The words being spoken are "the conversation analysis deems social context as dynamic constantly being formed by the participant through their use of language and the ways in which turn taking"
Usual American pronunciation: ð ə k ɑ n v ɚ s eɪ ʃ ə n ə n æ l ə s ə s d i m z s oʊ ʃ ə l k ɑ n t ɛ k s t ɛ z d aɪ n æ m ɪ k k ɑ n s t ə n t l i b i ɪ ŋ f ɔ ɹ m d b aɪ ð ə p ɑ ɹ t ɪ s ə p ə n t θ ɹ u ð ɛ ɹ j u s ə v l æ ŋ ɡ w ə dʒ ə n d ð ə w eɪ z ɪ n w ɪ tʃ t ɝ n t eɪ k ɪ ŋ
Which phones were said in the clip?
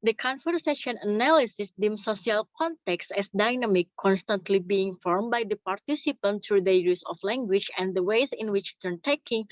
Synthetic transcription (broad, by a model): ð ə k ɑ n f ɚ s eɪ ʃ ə n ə n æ l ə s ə s d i m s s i ə l k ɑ n t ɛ k s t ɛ s d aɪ n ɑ m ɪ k k ɑ n s t ə n t l i b i ɪ ŋ f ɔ ɹ m b aɪ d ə p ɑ ɹ t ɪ s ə p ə n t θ ɹ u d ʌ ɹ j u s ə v l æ ŋ ɡ w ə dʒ ə n d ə w eɪ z ɪ n w ɪ tʃ t ɝ n t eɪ k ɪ ŋ